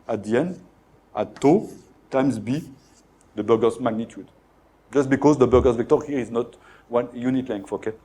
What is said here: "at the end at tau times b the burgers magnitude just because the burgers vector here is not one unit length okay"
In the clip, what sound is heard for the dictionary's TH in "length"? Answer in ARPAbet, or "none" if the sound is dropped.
F